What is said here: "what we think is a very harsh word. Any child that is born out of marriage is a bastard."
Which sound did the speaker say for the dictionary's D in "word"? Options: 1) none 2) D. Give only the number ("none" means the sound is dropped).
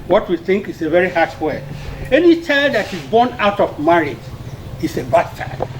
1